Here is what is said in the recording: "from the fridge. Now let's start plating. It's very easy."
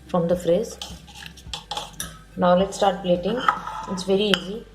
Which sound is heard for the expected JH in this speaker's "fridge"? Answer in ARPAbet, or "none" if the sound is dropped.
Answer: Z